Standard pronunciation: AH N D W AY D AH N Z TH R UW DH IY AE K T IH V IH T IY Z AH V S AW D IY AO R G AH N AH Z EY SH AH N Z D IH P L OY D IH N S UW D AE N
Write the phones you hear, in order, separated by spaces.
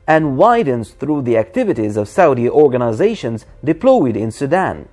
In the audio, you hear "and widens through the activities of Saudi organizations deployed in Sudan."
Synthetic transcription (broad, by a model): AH N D W AY D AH N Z TH R UW DH IY AE K T IH V IH T IY Z AH V S AW D IY AO R G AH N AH Z EY SH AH N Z D IH P L OY D IH N S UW D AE N